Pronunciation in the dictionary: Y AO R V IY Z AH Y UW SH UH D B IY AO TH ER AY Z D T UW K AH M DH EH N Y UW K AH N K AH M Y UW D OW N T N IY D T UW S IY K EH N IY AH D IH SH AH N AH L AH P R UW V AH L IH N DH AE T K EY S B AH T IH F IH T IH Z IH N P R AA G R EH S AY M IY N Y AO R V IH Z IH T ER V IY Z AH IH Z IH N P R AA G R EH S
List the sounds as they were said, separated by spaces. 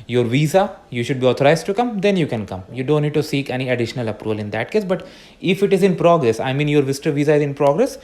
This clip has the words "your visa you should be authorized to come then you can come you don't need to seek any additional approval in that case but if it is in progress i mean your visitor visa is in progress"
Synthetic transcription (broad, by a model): Y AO R V IY Z AH Y UW SH UH D B IY AO T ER AY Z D T UW K AH M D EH N Y UW K AH N K AH M Y UW D OW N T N IY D T UW S IY K EH N IY AH D IH SH AH N AH L AH P R UW V AH L IH N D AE T K EY S B AH T IH F IH T IH Z IH N P R AA G R EH S AY M IY N Y AO R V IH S T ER V IY Z AH IH Z IH N P R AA G R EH S